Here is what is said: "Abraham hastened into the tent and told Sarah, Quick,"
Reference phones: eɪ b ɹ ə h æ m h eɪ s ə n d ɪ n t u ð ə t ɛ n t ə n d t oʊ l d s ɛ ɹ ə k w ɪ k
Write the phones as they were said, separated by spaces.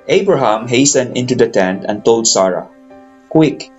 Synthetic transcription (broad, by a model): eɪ b ɹ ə h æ m h eɪ s ə n d ɪ n t u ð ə t ɛ n t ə n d t oʊ l d s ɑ ɹ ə k w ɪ k